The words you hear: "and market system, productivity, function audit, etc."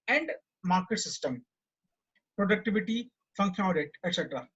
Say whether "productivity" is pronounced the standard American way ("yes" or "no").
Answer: yes